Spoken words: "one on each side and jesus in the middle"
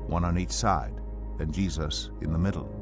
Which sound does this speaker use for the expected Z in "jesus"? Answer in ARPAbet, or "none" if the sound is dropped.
Z